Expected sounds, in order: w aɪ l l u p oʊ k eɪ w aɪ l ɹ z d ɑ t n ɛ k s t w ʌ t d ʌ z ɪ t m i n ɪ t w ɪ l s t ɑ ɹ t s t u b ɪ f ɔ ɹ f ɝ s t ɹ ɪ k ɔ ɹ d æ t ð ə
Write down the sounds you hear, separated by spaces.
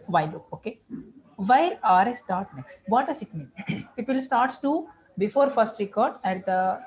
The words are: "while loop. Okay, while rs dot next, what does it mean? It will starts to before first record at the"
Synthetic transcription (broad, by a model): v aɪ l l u oʊ k eɪ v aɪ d ɹ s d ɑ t n ɛ k s t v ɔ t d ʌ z ɪ t m i n ɪ t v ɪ l s t ɑ ɹ t s t u b ɪ f ɔ ɹ f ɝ s t ɹ ɪ k ɔ ɹ d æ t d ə